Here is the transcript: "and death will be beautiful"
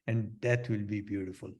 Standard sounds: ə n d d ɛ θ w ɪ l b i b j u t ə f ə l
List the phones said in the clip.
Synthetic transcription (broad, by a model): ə n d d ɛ t w ɪ l b i b j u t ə f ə l